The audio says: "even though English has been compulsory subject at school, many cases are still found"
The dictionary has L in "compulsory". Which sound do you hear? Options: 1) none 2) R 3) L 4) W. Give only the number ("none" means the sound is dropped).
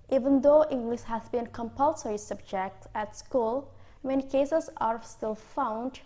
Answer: 3